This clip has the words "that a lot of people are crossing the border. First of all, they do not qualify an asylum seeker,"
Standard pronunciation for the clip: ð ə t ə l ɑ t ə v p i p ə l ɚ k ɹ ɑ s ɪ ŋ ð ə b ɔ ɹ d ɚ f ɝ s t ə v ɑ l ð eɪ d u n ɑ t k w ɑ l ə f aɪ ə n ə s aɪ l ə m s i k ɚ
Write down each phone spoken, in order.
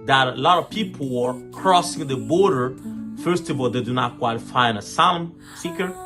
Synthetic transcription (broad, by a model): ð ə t ə l ɑ t ə v p i p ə l ɚ k ɹ ɑ s ɪ ŋ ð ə b ɔ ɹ d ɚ f ɝ s t ə v ɑ l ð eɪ d u n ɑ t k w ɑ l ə f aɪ ə n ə s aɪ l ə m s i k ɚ